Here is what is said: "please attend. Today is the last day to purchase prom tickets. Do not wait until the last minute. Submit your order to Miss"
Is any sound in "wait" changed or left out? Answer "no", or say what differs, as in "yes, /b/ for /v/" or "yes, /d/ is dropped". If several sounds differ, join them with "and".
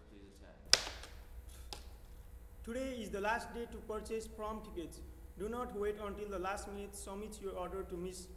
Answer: no